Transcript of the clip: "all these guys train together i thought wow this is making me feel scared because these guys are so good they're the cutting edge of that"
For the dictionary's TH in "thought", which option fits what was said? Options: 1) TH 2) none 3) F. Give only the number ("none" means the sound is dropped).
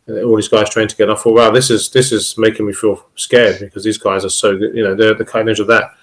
3